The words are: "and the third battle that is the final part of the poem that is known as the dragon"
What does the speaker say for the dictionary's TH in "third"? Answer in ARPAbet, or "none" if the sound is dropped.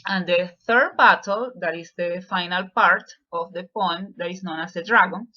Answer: TH